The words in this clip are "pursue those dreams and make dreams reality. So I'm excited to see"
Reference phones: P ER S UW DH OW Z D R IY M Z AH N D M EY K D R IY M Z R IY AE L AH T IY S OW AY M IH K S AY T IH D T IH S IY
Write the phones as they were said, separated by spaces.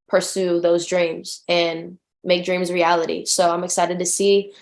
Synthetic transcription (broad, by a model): P ER S UW DH OW Z D R IY M Z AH N M EY K D R IY M Z R IY AE L AH T IY S OW AY M IH K S AY T IH D T IH S IY